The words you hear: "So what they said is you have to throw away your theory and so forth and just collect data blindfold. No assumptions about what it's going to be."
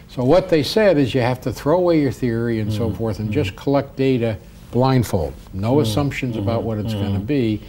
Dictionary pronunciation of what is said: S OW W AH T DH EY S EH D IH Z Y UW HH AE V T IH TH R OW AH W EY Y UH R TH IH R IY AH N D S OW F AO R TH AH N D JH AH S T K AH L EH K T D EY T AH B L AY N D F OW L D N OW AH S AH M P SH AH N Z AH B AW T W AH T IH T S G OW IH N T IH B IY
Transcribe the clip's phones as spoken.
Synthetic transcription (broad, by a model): S OW W AH T DH EY S EH D IH Z Y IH HH AE F T IH TH R OW AH W EY Y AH R TH IH R IY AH N S OW F AO R TH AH N JH AH S K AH L EH K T D EY T AH B L AY N D F OW L D N OW AH S AH M P SH AH N Z AH B AW T W AH T IH T S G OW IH N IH B IY